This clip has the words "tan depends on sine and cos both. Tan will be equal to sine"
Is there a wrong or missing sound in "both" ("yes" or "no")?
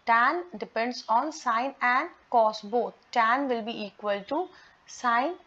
yes